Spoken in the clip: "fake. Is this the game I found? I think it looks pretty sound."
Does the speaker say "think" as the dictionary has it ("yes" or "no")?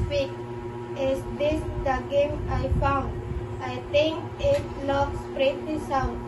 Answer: no